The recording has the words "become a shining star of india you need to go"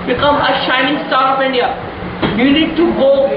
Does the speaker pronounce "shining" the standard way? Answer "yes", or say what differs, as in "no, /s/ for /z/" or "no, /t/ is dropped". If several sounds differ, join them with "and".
yes